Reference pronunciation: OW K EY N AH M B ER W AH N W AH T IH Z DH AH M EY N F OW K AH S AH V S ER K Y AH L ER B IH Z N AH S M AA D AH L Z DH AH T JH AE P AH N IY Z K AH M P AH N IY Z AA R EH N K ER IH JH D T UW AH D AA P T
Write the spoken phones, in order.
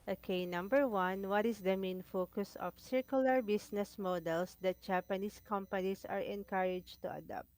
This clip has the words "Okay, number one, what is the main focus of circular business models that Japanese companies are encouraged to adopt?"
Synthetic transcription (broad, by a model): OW K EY N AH M B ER W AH N W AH T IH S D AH M EY N F OW K AH S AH F S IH K Y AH L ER B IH S N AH S M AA D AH L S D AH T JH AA P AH N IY S K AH M P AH N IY S AA R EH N K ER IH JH T UW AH D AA P T